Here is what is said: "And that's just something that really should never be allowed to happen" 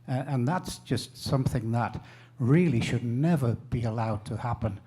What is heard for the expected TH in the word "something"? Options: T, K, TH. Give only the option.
TH